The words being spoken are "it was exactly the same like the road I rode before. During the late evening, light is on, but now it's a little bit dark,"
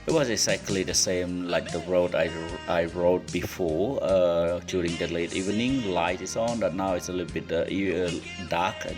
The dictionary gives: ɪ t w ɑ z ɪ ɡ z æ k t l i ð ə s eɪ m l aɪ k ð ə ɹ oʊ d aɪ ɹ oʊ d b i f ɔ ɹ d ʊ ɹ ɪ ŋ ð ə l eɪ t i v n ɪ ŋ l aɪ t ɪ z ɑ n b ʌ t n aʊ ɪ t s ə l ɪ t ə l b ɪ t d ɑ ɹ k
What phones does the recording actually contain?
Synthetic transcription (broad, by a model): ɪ t w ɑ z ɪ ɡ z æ k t l i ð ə s eɪ m l aɪ k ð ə ɹ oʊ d aɪ ɹ oʊ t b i f ɔ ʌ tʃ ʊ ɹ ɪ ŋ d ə l eɪ t i v n ɪ ŋ l aɪ t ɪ s ɑ n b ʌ t n aʊ ɪ t s ə l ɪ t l b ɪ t d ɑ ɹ k